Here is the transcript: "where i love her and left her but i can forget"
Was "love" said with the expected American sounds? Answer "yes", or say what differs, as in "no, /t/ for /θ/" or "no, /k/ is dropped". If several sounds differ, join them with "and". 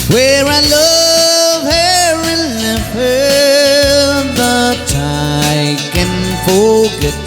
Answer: yes